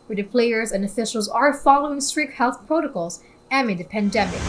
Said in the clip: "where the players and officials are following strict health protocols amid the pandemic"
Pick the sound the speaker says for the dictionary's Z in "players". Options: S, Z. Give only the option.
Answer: Z